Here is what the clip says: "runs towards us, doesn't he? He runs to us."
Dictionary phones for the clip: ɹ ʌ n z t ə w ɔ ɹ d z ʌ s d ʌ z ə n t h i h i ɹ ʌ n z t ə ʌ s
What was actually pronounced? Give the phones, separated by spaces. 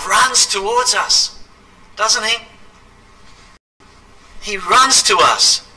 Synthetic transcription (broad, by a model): ɹ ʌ n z t ə w ɔ ɹ d z ʌ s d ʌ z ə n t h i h i ɹ ʌ n z t ə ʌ s